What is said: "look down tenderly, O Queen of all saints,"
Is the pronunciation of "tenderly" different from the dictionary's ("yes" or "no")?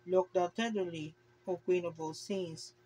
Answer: yes